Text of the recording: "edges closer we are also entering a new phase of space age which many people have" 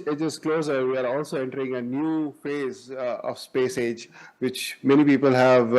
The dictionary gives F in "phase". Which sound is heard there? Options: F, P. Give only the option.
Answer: F